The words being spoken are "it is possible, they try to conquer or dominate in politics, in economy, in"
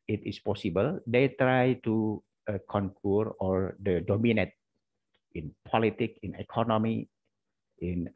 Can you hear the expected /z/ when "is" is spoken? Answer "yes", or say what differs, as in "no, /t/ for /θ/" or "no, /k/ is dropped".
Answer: no, /s/ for /z/